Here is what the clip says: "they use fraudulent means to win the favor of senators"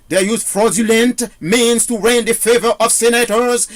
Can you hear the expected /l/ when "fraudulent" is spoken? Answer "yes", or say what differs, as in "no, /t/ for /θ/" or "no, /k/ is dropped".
yes